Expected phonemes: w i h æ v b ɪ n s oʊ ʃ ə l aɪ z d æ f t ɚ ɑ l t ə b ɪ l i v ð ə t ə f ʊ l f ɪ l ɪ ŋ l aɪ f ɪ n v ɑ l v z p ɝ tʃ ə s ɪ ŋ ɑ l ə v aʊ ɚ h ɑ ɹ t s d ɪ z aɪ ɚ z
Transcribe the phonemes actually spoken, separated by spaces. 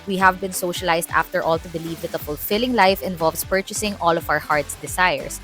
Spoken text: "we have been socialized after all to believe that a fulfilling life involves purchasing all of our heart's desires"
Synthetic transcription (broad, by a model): w i h æ v b ɪ n s oʊ ʃ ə l aɪ s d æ f t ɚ ɑ l t ə b ɪ l i v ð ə t ə f ʊ l f ɪ l ɪ ŋ l aɪ f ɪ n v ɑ l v s p ɝ tʃ ə s ɪ ŋ ɑ l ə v aʊ ɚ h ɑ ɹ t s d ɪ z aɪ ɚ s